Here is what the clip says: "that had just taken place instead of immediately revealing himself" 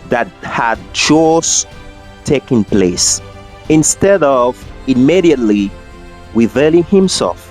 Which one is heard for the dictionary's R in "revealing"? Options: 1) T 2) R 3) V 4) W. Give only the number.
4